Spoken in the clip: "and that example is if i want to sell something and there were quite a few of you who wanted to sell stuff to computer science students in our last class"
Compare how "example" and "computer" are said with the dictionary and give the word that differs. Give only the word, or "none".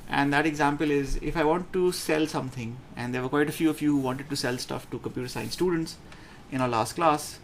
none